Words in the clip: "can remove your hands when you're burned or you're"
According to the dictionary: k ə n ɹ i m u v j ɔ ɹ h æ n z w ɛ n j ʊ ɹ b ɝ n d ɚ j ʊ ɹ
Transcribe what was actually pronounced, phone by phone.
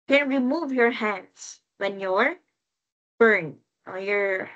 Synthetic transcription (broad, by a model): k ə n ɹ i m u v j ɔ ɹ h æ n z w ɛ n j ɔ ɹ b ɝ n ɚ j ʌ ɹ